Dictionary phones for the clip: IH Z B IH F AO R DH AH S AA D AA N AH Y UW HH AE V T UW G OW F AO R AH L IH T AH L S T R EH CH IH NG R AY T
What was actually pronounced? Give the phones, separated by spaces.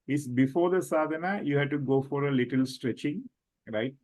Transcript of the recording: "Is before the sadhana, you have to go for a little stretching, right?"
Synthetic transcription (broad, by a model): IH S B IH F AO R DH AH S AA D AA N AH Y UW HH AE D T UW G OW F AO R AH L IH T AH L S T R EH CH IH NG R AY T